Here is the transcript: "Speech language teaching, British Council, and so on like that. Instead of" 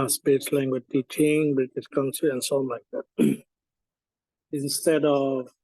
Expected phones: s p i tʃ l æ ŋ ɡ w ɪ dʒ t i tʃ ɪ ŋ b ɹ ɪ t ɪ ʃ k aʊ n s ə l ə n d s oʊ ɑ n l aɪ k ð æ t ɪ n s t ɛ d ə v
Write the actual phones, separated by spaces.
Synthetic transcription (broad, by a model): s p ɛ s l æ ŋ ɡ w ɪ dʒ t i tʃ ɪ ŋ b ɪ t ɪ s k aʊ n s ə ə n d s oʊ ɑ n l aɪ k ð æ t ɪ n s t ɛ d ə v